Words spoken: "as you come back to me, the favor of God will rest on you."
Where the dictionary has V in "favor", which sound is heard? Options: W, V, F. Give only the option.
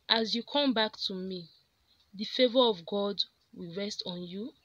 V